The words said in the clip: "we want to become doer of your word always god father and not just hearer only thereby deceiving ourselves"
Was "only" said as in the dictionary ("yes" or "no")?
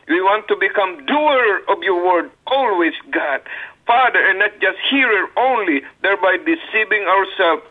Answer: yes